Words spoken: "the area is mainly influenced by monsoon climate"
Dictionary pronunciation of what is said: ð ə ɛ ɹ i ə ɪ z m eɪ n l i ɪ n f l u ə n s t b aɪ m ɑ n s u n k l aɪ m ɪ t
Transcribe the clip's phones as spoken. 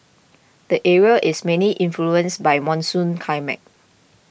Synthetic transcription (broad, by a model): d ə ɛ ɹ i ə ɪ s m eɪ n l i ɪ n f l u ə n s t b aɪ m ɑ n s u n k aɪ m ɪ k